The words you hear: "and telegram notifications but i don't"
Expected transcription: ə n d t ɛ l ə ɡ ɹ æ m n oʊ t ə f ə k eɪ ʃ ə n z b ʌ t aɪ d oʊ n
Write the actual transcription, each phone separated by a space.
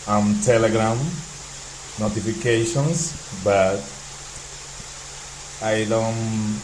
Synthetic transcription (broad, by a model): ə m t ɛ l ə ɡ ɹ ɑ m n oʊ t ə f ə k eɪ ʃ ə n s b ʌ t aɪ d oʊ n